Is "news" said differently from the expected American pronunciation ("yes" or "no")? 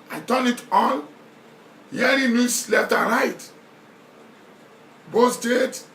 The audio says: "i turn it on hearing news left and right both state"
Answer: yes